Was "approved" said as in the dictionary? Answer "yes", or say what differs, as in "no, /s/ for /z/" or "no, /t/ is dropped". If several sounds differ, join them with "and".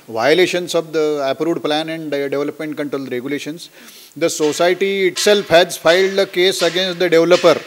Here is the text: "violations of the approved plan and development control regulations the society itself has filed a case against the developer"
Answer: no, /v/ is dropped